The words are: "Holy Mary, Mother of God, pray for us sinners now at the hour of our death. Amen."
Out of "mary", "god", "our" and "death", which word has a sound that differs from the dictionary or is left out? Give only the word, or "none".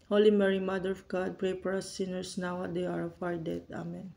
death